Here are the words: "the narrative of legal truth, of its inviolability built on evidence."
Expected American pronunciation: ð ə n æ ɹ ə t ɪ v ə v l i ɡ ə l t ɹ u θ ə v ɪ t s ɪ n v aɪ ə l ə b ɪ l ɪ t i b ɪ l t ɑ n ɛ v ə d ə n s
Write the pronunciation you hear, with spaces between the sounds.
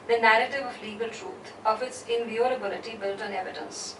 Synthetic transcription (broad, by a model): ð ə n æ ɹ ə t ɪ v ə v l i ɡ ə l t ɹ u t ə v ɪ t s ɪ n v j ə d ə b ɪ l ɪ t i b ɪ l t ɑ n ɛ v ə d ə n s